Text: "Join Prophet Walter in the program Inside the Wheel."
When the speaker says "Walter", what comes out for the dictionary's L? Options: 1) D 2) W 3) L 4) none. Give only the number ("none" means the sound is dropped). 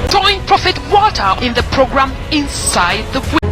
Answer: 4